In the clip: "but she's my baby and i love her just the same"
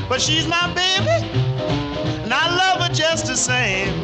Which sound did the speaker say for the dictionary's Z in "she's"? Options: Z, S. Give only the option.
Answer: Z